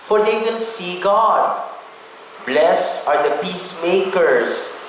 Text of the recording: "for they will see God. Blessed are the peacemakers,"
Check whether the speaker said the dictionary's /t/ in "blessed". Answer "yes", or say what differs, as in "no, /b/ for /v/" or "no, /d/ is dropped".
no, /t/ is dropped